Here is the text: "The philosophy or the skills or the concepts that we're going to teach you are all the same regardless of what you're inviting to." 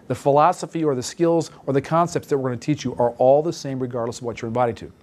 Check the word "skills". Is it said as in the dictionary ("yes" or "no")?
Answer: yes